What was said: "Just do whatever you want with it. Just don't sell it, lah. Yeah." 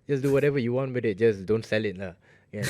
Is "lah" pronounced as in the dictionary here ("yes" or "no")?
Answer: no